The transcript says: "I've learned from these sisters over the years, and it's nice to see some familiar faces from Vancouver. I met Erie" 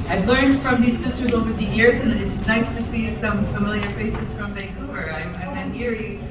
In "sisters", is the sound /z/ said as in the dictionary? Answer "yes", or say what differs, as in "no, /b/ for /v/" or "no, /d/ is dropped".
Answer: yes